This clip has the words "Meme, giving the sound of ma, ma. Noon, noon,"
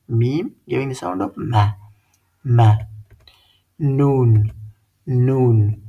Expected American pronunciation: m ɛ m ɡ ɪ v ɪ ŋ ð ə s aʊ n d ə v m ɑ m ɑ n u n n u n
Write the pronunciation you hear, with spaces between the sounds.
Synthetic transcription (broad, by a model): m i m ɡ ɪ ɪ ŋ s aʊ d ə p m ɑ m ɑ n u n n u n